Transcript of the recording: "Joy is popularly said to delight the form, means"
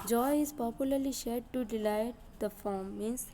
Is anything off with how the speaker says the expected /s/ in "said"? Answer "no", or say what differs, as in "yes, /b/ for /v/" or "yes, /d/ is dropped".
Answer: yes, /ʃ/ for /s/